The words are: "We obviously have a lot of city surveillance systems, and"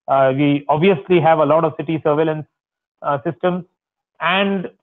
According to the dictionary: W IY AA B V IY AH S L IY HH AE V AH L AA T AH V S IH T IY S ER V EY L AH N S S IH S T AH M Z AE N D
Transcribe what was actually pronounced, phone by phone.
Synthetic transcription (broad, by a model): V IY AA B V IY AH S L IY HH AE V AH L AA T AH V S IH T IY S ER V EY L AH N S S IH S T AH M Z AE N D